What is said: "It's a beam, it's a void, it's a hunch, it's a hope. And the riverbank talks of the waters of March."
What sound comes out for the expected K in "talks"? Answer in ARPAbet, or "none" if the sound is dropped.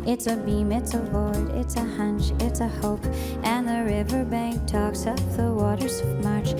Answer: K